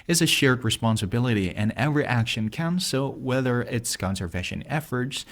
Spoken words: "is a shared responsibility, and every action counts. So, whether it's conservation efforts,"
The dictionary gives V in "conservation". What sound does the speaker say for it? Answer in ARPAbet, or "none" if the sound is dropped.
V